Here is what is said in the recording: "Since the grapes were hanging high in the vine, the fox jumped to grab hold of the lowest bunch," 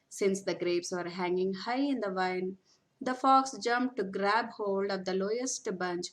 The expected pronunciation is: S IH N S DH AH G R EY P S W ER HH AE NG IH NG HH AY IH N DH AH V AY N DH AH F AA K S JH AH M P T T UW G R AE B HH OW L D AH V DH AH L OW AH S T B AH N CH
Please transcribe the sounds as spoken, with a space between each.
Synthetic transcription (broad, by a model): S IH N S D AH G R EY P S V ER HH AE NG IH NG HH AY IH N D AH V AY N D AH F AA K S JH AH M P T T UW G R AE B HH OW L D AH V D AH L OW AH S T B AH N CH